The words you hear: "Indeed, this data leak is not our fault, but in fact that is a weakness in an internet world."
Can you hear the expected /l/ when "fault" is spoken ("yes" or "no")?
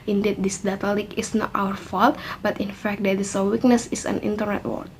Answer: yes